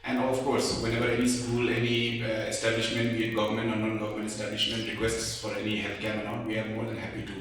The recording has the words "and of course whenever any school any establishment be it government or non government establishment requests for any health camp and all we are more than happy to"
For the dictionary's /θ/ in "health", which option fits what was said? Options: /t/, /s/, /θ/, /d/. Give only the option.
/t/